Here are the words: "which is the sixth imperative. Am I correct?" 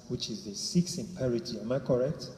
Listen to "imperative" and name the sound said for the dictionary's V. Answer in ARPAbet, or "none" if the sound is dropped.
none